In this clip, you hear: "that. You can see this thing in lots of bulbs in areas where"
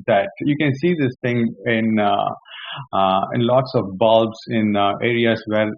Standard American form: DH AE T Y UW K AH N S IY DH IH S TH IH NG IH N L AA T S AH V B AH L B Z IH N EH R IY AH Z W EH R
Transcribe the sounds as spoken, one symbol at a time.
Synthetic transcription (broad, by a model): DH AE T Y UW K AH N S IY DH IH S T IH NG IH N L AA T S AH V B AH L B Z IH N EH R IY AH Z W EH R